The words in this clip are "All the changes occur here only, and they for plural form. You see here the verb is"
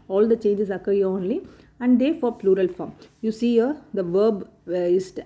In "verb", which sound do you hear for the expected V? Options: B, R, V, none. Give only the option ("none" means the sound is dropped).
V